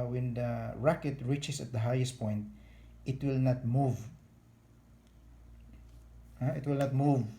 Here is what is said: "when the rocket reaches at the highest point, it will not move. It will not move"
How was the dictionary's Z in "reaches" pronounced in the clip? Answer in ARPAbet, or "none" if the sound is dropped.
S